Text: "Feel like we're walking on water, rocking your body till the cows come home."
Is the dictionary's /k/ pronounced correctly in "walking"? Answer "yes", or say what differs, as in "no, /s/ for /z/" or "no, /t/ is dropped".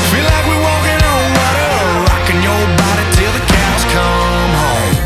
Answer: no, /k/ is dropped